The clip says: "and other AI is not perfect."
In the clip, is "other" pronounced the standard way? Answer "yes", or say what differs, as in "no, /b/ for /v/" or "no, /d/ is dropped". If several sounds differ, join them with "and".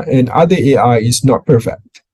no, /ð/ is dropped